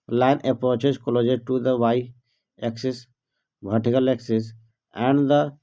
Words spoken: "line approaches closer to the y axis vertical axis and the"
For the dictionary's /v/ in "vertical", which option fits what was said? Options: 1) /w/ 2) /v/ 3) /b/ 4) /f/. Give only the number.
3